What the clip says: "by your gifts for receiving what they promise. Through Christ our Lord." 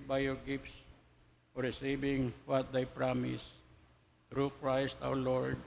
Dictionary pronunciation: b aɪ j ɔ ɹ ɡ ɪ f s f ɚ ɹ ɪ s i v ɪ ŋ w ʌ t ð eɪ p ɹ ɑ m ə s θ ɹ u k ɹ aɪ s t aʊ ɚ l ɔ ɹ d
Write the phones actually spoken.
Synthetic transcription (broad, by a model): b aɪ j ɔ ɹ ɡ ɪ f s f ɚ ɹ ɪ s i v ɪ ŋ w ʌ t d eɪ p ɹ ɑ m ə s t ɹ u k ɹ aɪ s t aʊ ɚ l ɔ ɹ d